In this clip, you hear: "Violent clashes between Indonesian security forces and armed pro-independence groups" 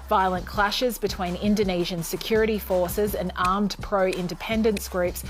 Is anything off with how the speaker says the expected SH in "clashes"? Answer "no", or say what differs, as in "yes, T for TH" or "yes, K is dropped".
no